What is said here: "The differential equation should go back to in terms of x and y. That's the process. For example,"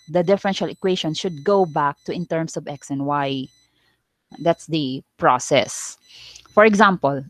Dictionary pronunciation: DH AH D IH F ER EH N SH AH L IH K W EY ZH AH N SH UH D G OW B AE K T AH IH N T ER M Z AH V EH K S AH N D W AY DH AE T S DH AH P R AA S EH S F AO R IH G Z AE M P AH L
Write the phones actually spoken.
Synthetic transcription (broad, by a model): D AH D IH F ER EH N SH AH L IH K W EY SH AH N SH UH D G OW B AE K T AH IH N T ER M S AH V EH K S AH N W AY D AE T S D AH P R AA S EH S F AO R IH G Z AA M P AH L